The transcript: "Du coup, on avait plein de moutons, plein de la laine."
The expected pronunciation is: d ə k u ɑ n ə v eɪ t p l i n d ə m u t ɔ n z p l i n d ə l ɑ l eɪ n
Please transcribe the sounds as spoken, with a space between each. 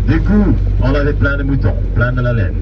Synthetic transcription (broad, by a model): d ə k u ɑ l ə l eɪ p l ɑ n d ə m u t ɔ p l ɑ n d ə l ɑ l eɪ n